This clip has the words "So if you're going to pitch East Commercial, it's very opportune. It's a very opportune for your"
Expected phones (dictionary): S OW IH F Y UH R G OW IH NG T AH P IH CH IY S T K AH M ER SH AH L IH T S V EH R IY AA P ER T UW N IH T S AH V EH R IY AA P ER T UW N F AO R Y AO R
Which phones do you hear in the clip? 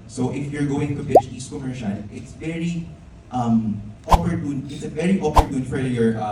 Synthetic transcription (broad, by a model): S OW IH F Y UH R G OW IH NG T AH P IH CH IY S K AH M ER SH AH N IH T S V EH R IY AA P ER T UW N IH T S AH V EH R IY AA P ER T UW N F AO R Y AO R